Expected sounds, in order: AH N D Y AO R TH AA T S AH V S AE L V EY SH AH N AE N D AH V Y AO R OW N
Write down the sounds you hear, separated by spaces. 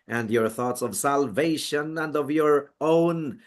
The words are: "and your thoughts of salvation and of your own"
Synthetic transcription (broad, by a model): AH N D Y AO R TH AA T S AH V S AE L V EY SH AH N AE N D AH V Y AO R OW N